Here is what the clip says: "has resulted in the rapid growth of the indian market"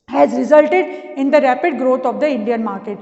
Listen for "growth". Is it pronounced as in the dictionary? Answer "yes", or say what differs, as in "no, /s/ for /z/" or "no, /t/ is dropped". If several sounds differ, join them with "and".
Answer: no, /t/ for /θ/